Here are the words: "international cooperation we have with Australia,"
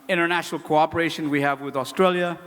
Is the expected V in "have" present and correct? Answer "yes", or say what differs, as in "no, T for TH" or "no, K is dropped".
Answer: yes